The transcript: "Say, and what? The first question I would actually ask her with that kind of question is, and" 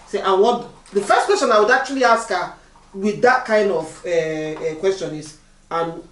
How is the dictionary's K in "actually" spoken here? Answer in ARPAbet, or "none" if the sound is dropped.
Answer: none